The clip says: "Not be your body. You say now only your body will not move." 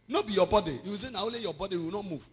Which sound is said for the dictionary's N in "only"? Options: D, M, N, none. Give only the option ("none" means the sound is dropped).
none